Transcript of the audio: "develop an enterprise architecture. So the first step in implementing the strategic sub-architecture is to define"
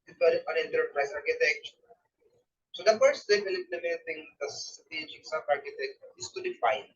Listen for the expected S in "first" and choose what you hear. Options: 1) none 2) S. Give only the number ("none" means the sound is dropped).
1